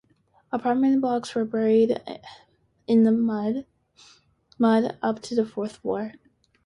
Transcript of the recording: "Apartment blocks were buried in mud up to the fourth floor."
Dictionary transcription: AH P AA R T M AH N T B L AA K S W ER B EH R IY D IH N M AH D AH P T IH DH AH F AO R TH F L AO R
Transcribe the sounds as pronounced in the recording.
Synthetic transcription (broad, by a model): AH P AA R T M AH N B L AA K S W ER B EH R IY D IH N M AH D AH P T IH DH AH F AO R TH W AO R